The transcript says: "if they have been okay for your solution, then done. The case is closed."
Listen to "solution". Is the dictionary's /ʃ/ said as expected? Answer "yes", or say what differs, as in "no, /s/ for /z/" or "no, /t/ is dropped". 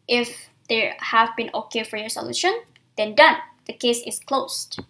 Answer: yes